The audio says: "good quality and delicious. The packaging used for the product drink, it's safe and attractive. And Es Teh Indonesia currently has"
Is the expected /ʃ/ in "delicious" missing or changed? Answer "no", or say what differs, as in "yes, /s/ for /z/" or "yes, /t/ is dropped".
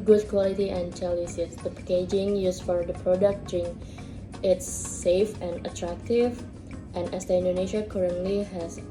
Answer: yes, /s/ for /ʃ/